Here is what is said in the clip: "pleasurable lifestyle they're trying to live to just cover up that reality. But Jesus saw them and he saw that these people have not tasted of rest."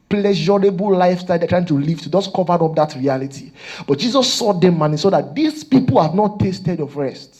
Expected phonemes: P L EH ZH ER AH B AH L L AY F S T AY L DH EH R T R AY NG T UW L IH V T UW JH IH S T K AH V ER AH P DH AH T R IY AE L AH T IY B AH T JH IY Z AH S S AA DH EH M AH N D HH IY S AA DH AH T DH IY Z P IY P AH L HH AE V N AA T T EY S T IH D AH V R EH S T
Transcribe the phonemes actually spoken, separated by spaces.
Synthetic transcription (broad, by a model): P L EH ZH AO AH B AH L L AY F S T AY L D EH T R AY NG T UW L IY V T UW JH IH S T K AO V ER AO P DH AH T R IY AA L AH T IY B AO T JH IY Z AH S S AA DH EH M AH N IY S AA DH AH T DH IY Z P IY P AH L HH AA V N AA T T EY S T IH D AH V R EH S T